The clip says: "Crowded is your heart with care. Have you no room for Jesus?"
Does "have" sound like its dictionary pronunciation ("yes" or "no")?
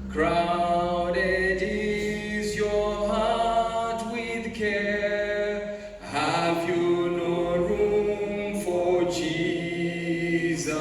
yes